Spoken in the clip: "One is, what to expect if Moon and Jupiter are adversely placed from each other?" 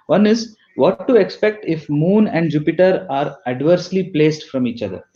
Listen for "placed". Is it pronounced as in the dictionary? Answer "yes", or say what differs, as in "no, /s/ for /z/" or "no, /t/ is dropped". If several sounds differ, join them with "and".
yes